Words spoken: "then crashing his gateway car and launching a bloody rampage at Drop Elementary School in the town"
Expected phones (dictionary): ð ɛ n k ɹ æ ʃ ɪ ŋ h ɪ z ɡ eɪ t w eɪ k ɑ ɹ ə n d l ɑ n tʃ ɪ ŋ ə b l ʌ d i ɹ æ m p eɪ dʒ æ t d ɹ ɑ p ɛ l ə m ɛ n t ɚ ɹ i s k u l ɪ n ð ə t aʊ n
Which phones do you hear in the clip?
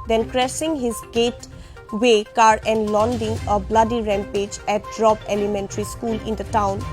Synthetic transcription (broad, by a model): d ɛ n k ɹ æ s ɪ ŋ h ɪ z ɡ eɪ t w eɪ k ɑ ɹ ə n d l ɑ n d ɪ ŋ ə b l ʌ d i ɹ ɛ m p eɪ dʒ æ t d ɹ ɑ p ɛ l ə m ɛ n t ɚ ɹ i s k u l ɪ n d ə t aʊ n